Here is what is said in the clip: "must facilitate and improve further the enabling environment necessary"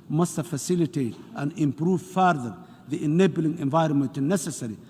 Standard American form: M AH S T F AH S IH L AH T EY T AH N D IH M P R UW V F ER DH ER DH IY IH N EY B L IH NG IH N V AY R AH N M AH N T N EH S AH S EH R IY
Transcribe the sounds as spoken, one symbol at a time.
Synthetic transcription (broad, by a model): M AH S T F AH S IH L AH T EY T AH N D IH M P R UW V F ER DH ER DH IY IH N EY B L IH NG IH N V AY R AH N M AH N T N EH S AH S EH R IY